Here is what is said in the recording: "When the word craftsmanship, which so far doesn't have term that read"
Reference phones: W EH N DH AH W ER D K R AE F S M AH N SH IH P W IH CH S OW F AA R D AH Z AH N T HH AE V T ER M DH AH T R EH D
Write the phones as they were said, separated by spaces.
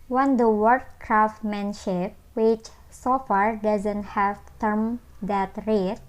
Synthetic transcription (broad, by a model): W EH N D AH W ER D K R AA F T M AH N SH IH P W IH CH S OW F AA R D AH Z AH N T HH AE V T ER M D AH T R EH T